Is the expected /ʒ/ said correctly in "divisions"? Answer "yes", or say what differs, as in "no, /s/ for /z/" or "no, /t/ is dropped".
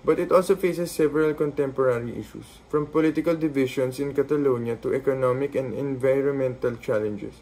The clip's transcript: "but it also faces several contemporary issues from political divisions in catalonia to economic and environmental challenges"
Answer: no, /ʃ/ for /ʒ/